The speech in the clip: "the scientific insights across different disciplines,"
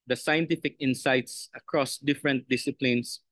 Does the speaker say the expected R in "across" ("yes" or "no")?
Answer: yes